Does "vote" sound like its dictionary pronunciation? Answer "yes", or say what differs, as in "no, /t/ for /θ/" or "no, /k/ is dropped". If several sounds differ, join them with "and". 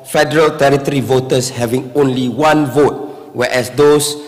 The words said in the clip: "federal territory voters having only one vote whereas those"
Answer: yes